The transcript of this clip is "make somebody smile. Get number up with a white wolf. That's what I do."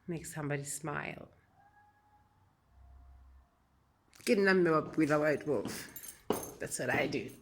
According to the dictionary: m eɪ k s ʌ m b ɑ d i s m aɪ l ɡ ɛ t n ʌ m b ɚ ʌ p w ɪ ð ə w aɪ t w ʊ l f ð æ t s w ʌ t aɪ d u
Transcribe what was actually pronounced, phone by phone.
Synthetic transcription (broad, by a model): m eɪ k s ʌ m b ɑ d i s m aɪ l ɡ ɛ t n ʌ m ɚ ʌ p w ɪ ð ə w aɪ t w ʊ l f ð æ t s w ʌ t aɪ d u